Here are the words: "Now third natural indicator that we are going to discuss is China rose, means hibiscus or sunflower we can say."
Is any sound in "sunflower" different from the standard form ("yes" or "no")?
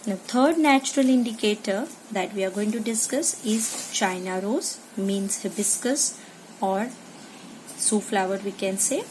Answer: yes